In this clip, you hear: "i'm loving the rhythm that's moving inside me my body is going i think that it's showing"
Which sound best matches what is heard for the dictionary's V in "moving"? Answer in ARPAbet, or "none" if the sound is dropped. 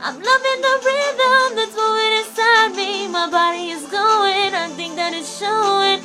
W